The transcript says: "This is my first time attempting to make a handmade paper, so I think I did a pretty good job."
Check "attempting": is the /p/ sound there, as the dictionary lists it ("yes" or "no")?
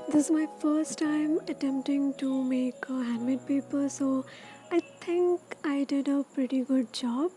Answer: yes